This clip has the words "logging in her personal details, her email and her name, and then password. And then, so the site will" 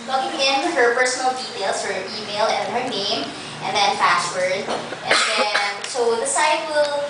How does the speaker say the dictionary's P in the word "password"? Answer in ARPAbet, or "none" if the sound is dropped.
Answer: F